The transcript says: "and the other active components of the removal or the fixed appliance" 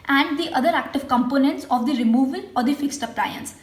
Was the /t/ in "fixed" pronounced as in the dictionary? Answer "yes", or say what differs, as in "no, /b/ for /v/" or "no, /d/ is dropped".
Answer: yes